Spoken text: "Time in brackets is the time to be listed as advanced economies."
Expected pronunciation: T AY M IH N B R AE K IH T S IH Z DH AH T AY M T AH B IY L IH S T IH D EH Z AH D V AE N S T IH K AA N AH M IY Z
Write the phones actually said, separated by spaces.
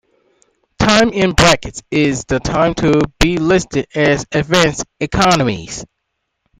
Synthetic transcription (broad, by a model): T AY M IH N B R AE K IH T S IH Z DH AH T AY M T AH B IY L IH S T IH D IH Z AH D V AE N S IH K AA N AH M IY Z